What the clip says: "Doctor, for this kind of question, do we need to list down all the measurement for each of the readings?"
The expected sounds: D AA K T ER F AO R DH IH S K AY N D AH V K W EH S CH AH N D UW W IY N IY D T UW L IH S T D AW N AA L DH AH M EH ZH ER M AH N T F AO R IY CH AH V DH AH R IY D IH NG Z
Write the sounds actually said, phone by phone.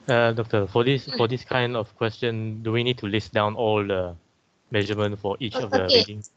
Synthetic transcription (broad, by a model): D AA K T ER F AO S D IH S K AY N D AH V K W EH S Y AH N D UW W IY N IY D T UW L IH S D AW N AA L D AH M EH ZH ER M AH N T F AO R IY CH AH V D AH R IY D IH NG